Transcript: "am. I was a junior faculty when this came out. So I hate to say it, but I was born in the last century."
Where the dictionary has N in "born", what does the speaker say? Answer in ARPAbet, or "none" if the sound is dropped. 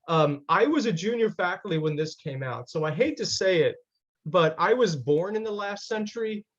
N